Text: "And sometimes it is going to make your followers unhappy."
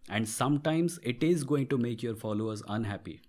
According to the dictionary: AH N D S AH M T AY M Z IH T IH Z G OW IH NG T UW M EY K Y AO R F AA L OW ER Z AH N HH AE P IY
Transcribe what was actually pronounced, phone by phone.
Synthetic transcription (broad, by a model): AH N D S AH M T AY M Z IH T IH Z G OW IH NG T UW M EY K Y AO R F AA L OW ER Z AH N HH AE P IY